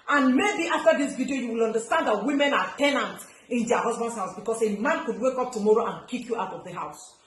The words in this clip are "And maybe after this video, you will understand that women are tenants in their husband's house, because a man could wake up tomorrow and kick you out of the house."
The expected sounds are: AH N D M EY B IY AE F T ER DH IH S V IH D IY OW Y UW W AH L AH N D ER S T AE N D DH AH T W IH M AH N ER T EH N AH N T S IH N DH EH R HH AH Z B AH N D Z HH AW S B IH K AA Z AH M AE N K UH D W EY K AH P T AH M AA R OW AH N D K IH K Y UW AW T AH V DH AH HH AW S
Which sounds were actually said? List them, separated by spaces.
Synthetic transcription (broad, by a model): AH N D M EY B IY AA F T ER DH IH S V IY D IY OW Y UW W AH L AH N D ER S T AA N D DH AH T W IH M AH N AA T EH N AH N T IH N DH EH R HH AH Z B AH N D HH AW S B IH K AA S AH M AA N K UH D W EY K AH P T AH M AA R OW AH N K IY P Y UW AW T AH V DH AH HH AW S